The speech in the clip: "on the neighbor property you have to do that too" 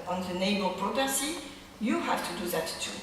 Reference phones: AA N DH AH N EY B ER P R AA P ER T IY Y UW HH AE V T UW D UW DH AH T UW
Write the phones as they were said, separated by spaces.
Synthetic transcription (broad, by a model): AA N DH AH N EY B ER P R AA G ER S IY Y UW HH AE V T UW D UW DH AH T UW